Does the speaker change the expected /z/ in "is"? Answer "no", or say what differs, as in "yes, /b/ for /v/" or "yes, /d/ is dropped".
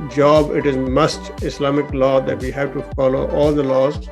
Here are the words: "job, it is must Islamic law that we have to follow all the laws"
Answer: no